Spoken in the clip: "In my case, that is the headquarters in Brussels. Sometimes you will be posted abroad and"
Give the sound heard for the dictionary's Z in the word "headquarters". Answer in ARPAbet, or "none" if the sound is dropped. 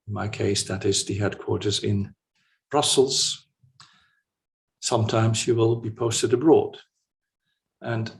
Z